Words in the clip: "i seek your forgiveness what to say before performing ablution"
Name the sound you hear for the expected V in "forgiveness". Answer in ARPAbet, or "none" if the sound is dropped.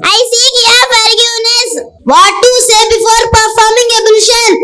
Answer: none